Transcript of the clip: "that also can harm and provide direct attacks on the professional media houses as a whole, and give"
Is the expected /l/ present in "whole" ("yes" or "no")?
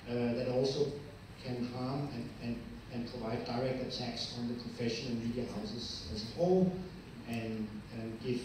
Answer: no